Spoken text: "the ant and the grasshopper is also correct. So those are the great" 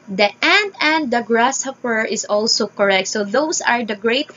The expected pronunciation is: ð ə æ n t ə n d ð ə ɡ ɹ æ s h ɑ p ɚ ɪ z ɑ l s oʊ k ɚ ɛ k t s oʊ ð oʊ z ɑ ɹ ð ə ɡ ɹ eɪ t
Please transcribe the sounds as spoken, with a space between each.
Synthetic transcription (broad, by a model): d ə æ n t ə n d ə ɡ ɹ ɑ s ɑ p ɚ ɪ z ɑ l s oʊ k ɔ ɛ k t s oʊ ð oʊ s ɑ ɹ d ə ɡ ɹ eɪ t